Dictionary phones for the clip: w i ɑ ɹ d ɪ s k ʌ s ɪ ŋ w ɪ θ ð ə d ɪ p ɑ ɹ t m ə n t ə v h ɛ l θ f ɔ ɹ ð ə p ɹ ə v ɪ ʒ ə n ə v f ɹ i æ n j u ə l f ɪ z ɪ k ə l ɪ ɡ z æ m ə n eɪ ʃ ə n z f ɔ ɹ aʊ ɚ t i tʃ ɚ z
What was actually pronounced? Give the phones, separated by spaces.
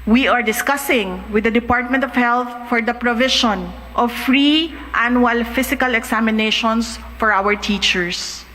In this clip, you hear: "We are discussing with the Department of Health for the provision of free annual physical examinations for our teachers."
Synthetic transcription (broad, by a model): w i ɑ ɹ d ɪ s k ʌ s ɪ ŋ w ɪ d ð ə d ɪ p ɑ ɹ t m ə n t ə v h ɛ l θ f ɔ ɹ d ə p ɹ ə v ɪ ʃ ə n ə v f ɹ i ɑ n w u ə l f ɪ s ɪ k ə l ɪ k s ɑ m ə n eɪ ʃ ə n s f ɔ ɹ aʊ ɚ t i tʃ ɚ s